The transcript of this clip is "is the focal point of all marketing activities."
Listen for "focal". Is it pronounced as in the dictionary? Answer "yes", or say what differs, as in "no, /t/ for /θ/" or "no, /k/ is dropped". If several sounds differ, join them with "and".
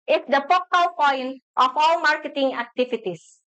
no, /p/ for /f/